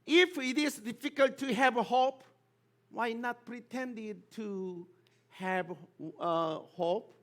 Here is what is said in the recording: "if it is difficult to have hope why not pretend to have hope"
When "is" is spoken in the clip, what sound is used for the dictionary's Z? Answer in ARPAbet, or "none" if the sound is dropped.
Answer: S